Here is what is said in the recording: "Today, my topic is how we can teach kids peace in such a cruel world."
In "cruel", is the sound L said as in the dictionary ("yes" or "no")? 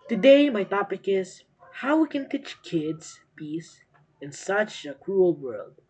yes